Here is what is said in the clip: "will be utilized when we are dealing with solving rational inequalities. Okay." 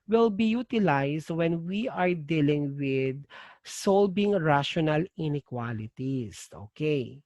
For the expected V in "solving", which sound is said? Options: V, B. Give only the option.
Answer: B